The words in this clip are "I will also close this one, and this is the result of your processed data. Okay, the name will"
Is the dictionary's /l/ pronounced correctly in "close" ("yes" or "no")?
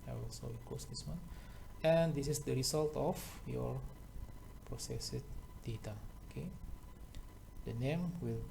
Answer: no